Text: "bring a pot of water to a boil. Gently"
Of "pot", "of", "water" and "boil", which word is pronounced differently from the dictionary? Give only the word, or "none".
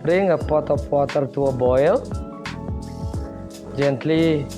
of